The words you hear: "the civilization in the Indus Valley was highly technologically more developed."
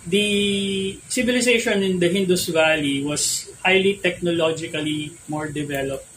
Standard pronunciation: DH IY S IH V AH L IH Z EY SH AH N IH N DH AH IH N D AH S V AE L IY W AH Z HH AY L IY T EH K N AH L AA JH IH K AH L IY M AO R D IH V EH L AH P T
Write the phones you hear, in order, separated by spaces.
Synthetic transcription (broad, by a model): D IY S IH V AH L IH S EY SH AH N IH N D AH IH N D AH S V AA L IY W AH S HH AY L IY T EH K N AH L AA JH IH K AH L IY M AO R D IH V EH L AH P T